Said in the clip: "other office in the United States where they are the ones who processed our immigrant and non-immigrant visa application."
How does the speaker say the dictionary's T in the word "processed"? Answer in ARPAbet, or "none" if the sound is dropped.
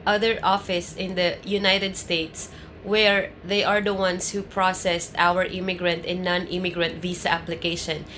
T